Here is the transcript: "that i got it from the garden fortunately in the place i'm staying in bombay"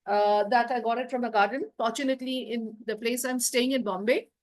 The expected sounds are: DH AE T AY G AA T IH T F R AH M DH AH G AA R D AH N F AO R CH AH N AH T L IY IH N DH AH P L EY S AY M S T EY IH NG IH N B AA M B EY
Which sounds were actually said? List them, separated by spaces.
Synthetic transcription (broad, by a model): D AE T AY G AA T IH T F R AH M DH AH G AA R D AH N F AO R CH AH N AH T L IY IH N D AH P L EY S AY M S T EY IH NG IH N B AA M B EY